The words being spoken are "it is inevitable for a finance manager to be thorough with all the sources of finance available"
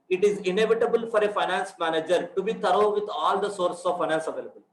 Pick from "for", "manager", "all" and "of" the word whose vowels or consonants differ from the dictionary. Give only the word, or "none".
none